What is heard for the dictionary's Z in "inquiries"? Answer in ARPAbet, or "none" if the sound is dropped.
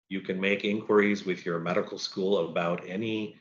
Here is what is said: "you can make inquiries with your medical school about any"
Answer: Z